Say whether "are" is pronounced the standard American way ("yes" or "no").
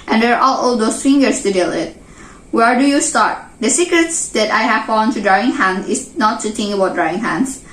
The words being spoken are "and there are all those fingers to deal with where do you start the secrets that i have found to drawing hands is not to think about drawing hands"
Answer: no